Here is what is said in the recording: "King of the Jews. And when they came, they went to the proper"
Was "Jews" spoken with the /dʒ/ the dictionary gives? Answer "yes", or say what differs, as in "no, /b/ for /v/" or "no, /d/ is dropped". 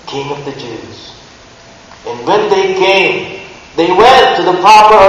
yes